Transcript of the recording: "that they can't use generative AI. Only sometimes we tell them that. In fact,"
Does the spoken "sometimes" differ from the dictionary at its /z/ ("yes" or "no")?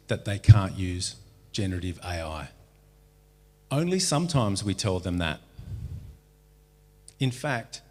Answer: no